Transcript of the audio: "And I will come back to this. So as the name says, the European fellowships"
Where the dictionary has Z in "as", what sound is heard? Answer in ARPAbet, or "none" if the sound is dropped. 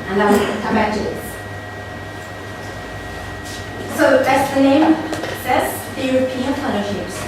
S